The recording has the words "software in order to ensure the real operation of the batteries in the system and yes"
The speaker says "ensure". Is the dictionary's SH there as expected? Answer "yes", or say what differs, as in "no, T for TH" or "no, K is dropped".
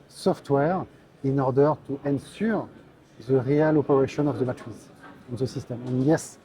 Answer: no, S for SH